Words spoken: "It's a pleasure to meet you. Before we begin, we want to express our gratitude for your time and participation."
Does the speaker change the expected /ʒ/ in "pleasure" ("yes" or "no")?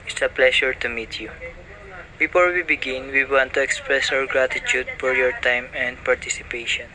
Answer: yes